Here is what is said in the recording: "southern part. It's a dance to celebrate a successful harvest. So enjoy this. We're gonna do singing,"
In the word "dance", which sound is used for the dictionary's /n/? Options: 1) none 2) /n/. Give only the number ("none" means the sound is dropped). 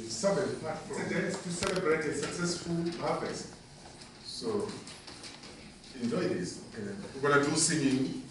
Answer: 1